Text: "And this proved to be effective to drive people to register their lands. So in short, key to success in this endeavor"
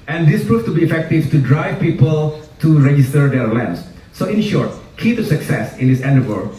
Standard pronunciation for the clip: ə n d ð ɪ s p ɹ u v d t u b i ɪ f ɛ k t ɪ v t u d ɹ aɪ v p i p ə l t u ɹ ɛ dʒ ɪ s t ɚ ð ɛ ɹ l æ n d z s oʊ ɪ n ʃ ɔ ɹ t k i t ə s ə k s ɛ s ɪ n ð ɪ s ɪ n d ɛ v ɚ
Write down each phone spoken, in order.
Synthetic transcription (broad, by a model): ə n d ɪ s p ɹ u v t u b i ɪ f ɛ k t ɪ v t u d ɹ aɪ v p i p ə l t u ɹ ɛ dʒ ɪ s t ɚ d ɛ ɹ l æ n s s oʊ ɪ n ʃ ɔ ɹ t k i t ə s ə k s ɛ s ɪ n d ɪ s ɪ n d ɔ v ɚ